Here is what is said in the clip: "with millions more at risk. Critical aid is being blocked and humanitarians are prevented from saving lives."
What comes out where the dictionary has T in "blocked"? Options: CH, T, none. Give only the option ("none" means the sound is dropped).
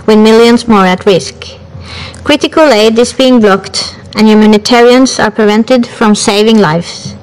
T